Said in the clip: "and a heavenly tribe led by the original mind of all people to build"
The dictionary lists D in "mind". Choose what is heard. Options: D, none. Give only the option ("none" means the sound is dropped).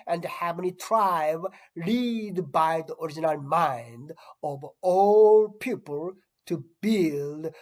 D